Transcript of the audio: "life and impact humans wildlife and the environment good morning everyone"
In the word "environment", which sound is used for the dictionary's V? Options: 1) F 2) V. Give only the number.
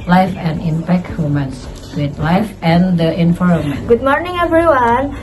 1